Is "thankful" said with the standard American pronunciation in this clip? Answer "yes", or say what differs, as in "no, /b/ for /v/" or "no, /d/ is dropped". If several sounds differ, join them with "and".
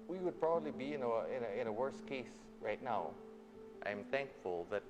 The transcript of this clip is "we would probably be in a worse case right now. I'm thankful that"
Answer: yes